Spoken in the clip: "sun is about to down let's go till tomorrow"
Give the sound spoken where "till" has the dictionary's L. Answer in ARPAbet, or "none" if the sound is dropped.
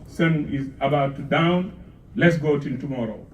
N